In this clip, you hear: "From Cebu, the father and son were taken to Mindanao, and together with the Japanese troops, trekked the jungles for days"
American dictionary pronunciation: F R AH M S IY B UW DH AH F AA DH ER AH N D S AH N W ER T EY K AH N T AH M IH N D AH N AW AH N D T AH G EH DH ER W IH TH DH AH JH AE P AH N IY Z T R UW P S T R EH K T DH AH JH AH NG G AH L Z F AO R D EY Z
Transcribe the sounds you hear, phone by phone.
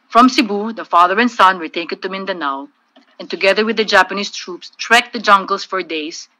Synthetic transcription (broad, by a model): F R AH M S IY B UW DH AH F AA DH ER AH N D S AH N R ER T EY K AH T AH M IH N D AH N AW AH N T AH G EH DH ER W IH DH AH JH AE P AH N IY S T R UW P S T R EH K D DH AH JH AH NG G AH L S F AO R D EY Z